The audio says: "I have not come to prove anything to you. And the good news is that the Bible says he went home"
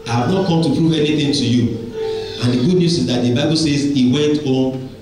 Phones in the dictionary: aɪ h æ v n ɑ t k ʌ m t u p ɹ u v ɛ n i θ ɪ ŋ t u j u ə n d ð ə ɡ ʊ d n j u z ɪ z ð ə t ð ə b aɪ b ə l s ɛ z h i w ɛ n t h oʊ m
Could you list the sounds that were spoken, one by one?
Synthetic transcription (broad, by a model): aɪ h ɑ v n ɑ t k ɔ m t u p ɹ u v ɛ n i θ ɪ ŋ t u j u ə n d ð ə ɡ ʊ d n j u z ɪ z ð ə t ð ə b aɪ b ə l s ɛ z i w ɛ n t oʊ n